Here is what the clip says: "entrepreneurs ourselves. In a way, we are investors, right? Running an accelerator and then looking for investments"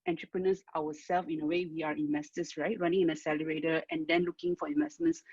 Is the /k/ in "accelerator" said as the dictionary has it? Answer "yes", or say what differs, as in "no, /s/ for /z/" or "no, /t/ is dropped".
no, /k/ is dropped